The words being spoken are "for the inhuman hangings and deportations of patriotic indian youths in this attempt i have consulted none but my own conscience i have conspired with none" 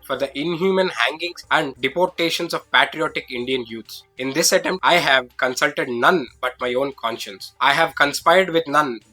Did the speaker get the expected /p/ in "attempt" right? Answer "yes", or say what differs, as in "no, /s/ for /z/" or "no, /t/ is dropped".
no, /p/ is dropped